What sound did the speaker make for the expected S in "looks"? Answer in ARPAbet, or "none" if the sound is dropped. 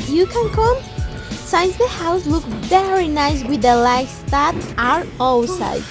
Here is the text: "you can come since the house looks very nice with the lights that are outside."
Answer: none